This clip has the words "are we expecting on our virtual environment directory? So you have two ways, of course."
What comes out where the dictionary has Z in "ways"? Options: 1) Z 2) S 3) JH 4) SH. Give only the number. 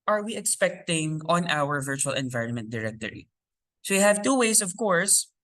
2